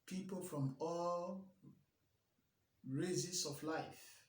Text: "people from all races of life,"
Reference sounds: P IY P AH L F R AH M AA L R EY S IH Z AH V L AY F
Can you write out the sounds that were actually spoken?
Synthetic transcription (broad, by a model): P IY P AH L F R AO M AA L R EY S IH S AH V L AY F